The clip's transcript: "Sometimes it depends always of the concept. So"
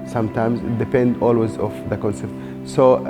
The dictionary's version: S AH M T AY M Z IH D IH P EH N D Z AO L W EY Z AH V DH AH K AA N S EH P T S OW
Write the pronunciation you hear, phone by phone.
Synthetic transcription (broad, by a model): S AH M T AY M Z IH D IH P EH N D AO L W EY Z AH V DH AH K AA N S EH P T S OW